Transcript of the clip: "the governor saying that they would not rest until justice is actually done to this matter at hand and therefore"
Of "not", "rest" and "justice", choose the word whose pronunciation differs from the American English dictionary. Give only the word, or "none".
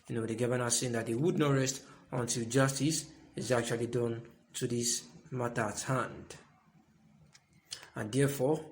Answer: none